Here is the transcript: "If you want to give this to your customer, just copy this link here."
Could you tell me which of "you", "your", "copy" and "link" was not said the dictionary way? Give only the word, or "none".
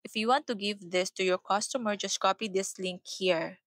none